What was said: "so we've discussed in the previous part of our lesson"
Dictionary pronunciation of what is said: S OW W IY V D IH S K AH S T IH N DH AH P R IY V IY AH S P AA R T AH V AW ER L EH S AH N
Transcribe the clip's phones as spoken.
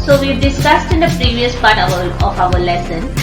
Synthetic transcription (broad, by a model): S OW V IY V D IH S K AH S T IH N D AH P R IY V IY AH S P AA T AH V AW ER L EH S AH N